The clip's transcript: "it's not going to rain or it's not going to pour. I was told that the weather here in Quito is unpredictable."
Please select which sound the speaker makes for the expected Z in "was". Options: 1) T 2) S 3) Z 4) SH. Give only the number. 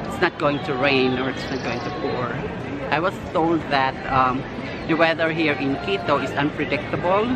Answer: 2